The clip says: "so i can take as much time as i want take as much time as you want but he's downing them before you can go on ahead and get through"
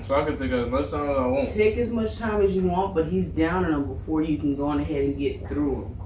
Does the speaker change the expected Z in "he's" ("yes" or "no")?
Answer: no